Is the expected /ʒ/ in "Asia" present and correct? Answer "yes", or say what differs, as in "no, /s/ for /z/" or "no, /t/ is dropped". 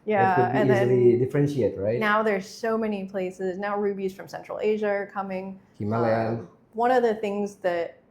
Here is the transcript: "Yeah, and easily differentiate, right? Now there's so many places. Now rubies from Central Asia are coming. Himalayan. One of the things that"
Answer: yes